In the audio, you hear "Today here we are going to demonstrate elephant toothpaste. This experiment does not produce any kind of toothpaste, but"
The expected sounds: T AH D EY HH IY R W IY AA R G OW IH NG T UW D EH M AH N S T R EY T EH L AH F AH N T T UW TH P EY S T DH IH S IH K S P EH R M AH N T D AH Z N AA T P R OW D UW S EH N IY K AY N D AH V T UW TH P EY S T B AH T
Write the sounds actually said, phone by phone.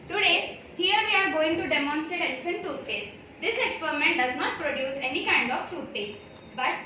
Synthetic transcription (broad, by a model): T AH D EY HH IY R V IY AA R G OW IH NG T UW D EH M AH N S T R EY T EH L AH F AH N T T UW T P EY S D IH S IH K S P EH R M AH N T D AH Z N AA T P R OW D UW S EH N IY K AY N D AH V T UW T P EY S B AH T